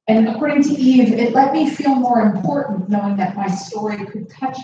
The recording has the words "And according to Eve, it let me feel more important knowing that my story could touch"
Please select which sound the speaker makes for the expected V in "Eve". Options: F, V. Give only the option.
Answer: V